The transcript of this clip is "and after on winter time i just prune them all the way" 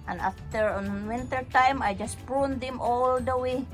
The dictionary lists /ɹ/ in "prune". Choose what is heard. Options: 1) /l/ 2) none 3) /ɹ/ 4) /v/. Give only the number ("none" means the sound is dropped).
2